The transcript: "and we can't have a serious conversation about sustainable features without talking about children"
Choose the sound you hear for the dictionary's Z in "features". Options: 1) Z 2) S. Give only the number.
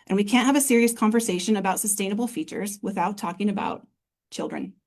1